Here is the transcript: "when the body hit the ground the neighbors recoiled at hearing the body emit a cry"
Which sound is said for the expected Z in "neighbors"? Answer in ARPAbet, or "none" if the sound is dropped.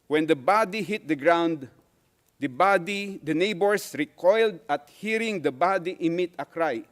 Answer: S